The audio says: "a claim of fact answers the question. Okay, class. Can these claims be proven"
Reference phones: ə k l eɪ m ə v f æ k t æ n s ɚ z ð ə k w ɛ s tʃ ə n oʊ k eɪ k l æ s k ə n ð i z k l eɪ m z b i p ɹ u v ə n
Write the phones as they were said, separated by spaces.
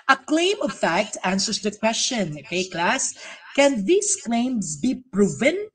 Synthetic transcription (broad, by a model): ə k l eɪ m ə v f æ k t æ n s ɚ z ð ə k w ɛ s tʃ ə n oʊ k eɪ k l æ s k ə n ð i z k l eɪ m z b i p ɹ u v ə n